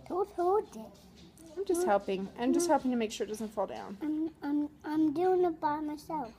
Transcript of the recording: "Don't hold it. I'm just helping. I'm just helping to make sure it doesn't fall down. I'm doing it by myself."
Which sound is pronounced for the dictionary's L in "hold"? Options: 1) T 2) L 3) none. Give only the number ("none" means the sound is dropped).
3